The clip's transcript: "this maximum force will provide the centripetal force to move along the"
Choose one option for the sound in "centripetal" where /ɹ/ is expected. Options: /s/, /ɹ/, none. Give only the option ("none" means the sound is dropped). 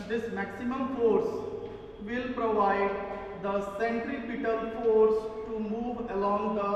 /ɹ/